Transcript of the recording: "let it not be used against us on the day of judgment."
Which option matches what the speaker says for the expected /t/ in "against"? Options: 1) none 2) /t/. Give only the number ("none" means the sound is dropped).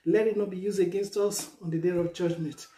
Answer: 2